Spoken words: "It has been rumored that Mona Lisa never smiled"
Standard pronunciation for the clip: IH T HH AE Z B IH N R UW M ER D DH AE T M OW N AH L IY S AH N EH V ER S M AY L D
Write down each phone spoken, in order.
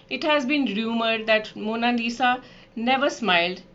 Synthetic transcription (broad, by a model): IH T HH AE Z B IH N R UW M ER D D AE T M OW N AH N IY S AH N EH V ER S M AY L D